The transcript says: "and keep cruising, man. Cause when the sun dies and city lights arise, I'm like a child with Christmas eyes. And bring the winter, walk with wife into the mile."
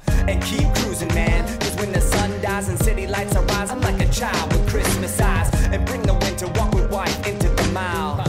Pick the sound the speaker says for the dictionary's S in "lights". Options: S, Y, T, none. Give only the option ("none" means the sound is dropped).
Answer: S